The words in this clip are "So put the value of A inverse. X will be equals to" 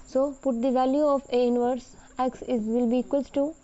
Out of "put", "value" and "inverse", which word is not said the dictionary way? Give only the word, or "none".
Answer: none